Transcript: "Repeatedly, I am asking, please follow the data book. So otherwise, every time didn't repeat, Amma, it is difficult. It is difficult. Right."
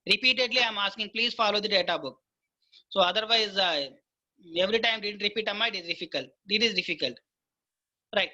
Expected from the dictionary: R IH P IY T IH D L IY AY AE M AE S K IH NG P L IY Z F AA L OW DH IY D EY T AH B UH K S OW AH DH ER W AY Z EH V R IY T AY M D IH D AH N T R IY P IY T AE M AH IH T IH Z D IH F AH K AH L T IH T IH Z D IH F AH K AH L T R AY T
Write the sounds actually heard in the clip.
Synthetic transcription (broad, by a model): R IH P IY T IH D L IY AY M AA S K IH NG P L IY Z F AA L OW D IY D EY T AH B UH K S OW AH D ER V AY Z EH V R IY T AY M D IH D AH N T R IY P IY T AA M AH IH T IH Z D IH F AH K AH L T IH T IH Z D IH F AH K AH L T R AY T